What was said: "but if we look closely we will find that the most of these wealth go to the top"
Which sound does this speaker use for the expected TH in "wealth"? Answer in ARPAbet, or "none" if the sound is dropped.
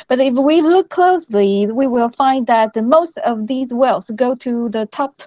S